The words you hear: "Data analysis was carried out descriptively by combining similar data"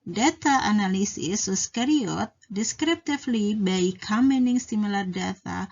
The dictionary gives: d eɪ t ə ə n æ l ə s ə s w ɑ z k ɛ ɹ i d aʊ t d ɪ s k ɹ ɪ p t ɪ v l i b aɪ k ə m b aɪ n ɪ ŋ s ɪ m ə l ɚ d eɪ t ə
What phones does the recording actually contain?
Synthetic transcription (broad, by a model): d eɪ t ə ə n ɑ l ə s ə s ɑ s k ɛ ɹ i ɔ t d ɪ s k ɹ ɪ p t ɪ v l i b aɪ k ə m ɛ n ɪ ŋ s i m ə l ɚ d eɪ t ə